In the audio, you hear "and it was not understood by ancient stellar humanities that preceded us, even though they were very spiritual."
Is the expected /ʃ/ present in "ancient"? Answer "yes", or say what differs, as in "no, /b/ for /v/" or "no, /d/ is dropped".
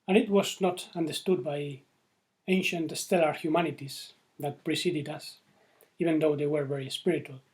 yes